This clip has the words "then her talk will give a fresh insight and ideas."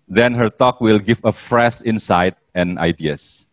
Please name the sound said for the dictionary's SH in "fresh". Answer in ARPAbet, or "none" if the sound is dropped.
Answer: S